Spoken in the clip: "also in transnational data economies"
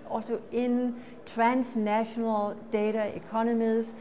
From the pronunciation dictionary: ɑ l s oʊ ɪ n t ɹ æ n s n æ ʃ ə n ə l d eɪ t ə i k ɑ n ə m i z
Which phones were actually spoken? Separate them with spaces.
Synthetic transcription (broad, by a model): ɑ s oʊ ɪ n s ɹ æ n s n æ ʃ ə n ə l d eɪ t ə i k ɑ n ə m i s